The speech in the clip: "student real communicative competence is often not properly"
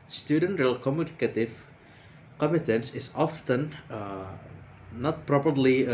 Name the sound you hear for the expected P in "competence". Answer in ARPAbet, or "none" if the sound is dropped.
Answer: none